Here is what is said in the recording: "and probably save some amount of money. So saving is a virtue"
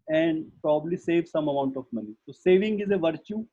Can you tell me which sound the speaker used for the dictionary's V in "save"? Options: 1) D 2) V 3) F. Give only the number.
2